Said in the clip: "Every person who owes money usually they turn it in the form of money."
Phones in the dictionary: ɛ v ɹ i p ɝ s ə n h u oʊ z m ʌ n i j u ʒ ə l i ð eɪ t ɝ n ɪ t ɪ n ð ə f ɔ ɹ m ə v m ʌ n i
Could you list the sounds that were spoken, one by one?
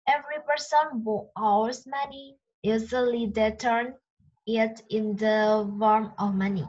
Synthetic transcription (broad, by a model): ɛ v ɹ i p ɝ s ə n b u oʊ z m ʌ n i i z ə l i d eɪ t ɝ n ɪ t ɪ n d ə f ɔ ɹ m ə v m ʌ n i